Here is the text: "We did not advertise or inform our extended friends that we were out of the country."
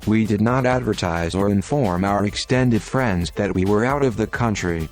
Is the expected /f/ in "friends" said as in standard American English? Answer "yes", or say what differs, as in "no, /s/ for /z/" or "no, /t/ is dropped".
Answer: yes